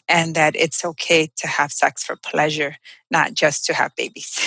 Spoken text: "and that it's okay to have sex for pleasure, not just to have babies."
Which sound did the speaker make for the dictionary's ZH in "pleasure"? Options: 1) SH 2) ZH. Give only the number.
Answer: 2